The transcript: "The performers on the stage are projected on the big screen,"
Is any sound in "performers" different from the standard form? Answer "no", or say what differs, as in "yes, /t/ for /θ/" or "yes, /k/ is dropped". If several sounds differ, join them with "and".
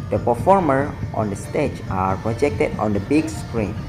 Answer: yes, /z/ is dropped